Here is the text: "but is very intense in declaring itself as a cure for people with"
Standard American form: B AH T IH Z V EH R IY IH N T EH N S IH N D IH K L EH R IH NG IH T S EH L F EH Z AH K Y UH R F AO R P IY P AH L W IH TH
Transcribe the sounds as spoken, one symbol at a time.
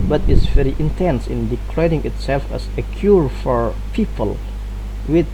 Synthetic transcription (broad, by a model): B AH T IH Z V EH R IY IH N T EH N S IH N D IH K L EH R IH NG IH T S EH L F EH S AH K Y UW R F AO R P IY P AH L W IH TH